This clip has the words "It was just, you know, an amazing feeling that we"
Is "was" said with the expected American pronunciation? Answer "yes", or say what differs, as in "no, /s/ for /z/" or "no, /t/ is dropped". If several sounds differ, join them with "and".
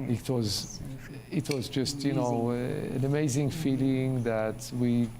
yes